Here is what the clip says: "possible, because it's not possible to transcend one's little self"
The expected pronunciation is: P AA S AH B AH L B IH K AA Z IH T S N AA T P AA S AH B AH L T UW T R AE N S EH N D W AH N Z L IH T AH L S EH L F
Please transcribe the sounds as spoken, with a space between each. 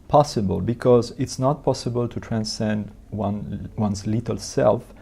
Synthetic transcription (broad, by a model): P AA S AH B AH L B IH K AA Z IH T S N AA T P AA S AH B AH L T UW T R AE N S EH N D W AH N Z L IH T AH L S EH L F